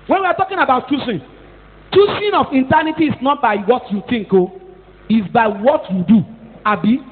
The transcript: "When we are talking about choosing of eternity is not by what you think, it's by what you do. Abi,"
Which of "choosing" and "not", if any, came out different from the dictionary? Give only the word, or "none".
choosing